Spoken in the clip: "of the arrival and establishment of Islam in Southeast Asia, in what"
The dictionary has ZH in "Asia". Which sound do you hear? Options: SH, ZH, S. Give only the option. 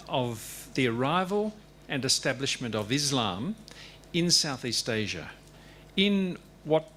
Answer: ZH